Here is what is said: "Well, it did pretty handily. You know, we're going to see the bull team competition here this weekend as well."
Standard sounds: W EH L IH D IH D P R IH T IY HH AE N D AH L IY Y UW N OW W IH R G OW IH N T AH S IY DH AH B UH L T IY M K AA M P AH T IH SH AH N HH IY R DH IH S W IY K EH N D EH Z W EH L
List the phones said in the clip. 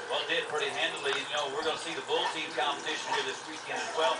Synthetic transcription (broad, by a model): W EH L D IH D P R IH T IY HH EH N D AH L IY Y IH N OW W IH R G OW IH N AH S IY DH AH B UH L T IY M K AA M B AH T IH SH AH N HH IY R DH IH S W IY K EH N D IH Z W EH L